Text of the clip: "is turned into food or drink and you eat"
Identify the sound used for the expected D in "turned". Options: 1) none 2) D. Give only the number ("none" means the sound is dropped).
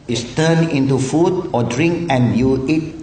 1